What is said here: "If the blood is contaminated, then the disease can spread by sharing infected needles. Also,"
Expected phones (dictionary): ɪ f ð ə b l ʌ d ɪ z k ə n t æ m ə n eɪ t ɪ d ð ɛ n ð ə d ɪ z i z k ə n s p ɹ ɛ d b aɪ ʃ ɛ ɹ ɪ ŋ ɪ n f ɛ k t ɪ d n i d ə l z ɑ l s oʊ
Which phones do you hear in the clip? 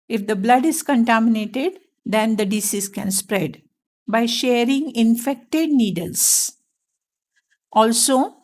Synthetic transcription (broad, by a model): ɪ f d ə b l ʌ d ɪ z k ə n t æ m ə n eɪ t ɪ d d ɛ n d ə d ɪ s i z k ə n s p ɹ ɛ d b aɪ ʃ ɛ ɹ ɪ ŋ ɪ n f ɛ k t ɪ d n i d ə l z ɑ l s oʊ